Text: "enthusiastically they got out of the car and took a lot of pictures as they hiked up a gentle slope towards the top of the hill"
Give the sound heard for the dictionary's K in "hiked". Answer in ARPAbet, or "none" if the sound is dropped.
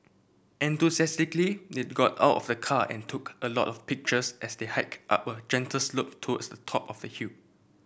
K